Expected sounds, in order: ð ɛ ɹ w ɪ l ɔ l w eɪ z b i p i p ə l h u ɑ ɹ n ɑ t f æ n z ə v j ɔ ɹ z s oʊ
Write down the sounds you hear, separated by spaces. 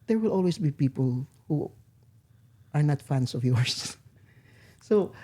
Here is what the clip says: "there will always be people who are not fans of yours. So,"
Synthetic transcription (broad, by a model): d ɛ ɹ w ɪ l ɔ l w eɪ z b i p i p ə l h u ɑ ɹ n ɑ t f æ n s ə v j ɔ ɹ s s oʊ